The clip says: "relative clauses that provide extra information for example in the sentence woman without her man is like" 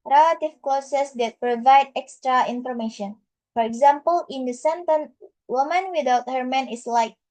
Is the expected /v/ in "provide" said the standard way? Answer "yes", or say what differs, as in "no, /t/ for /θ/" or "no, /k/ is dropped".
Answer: yes